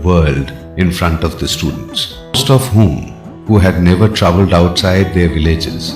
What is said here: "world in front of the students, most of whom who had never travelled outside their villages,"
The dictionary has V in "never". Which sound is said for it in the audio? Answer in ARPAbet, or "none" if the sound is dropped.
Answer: V